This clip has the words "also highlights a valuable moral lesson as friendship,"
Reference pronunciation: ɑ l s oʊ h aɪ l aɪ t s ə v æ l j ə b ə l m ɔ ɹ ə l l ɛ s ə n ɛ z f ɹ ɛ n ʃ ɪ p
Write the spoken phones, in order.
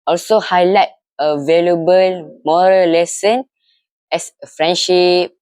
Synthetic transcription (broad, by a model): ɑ l s oʊ h aɪ l aɪ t ə v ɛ l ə b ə l m ɔ ɹ ə l l ɛ s ə n ɛ s f ɹ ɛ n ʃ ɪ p